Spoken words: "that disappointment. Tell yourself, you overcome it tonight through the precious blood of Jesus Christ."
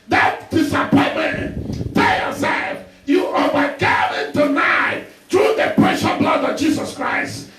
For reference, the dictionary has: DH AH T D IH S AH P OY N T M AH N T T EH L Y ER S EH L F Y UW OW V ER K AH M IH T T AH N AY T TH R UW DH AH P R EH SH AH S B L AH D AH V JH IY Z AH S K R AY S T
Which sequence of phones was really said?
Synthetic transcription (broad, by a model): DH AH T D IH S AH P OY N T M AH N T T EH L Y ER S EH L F Y UW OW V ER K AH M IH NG T AH N AY T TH R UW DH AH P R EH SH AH B L AH D AH V JH IY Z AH S K R AY S T